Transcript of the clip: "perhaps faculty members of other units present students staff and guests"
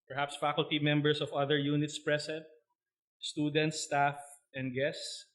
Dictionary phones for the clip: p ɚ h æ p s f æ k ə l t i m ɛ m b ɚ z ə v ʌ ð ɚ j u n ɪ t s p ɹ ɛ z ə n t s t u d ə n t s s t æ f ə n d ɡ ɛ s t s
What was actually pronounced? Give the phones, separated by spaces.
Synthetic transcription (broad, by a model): p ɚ h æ p s f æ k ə l t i m ɛ m b ɚ s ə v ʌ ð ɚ j u n ɪ t s p ɹ ɛ s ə n t s t u d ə n t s s t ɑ f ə n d ɡ ɛ s t s